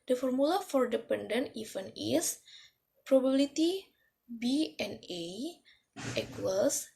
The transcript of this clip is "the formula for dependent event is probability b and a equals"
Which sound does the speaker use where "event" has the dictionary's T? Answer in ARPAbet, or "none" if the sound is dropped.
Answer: none